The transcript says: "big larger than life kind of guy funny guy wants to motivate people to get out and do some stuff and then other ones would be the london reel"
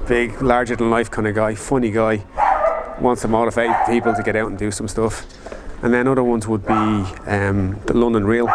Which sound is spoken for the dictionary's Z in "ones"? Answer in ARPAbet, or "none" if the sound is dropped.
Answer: Z